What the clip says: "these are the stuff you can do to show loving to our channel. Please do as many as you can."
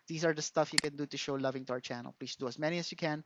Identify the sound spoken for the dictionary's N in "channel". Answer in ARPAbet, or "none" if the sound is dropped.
N